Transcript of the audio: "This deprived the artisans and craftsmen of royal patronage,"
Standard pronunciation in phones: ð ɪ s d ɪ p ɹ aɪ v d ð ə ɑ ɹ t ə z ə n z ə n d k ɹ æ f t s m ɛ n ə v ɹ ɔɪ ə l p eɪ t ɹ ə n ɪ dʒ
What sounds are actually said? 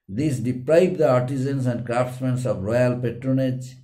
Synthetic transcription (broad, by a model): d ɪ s d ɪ p ɹ aɪ b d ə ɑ ɹ t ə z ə n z ə n d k ɹ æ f t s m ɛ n ə v ɹ ɔɪ ə l p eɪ t ɹ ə n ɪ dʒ